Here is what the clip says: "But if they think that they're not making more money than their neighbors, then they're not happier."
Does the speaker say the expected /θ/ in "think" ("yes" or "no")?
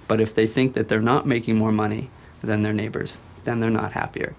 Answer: yes